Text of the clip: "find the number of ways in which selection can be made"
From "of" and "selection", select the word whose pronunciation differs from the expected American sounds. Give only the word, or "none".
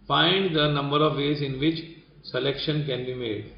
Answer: none